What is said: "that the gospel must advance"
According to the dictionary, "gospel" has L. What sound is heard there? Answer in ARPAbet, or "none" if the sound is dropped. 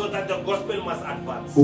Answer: L